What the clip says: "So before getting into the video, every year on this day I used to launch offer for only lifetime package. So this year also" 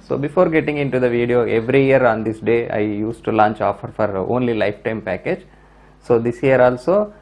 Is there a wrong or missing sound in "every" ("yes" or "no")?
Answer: no